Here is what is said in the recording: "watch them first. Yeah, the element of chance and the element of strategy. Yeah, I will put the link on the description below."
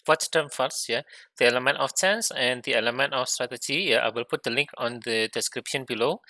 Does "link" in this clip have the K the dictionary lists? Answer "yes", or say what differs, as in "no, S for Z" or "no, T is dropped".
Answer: yes